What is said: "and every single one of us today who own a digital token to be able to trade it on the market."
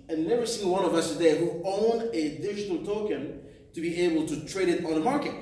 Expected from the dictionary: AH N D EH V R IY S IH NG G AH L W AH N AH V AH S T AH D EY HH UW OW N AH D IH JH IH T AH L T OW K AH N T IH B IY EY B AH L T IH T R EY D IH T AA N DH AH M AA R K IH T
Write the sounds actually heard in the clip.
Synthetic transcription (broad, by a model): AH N EH V IY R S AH N W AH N AH V AH S T AH D EY HH UW OW N D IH IH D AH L T OW K AH N T IH B IY EY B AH L T IH T R EY D IH T N DH AH M AA R K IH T